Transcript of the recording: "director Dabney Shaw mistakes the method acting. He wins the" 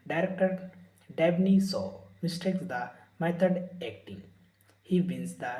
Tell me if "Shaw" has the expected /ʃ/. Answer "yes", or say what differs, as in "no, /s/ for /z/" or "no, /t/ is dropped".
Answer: no, /s/ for /ʃ/